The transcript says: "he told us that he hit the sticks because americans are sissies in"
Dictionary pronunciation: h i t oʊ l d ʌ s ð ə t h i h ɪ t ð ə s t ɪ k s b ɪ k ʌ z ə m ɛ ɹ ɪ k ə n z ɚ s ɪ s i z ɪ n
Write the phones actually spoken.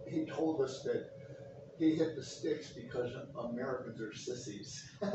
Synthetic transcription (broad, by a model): h i t oʊ l d ʌ s ð ə t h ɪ h ɪ t ð ə s t ɪ k s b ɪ k ʌ z ə m ɛ ɹ ɪ k ə n z ɚ s ɪ s i z